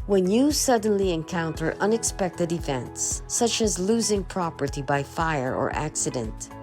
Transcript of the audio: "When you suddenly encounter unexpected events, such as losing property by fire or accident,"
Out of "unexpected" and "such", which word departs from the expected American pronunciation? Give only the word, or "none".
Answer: none